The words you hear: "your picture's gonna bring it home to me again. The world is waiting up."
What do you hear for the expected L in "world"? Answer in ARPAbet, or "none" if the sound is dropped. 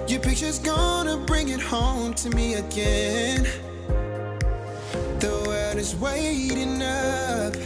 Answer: none